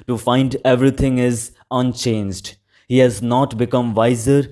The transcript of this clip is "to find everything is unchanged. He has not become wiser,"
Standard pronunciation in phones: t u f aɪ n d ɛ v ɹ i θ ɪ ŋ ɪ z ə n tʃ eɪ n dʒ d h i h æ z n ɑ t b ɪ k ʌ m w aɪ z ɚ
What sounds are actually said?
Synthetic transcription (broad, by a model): t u f aɪ n d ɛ v ɹ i t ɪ ŋ ɪ z ə n tʃ eɪ n dʒ d h i h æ z n ɑ t b ɪ k ʌ m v aɪ z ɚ